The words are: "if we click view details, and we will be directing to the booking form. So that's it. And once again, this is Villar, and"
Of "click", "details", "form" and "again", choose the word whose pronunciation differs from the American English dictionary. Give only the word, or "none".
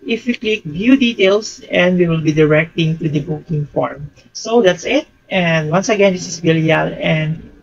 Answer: details